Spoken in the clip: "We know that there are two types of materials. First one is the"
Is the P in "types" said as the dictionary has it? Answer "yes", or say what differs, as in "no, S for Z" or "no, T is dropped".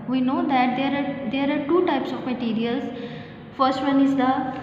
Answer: yes